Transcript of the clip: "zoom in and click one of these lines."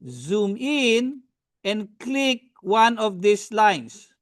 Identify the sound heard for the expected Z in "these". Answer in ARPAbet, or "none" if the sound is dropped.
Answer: S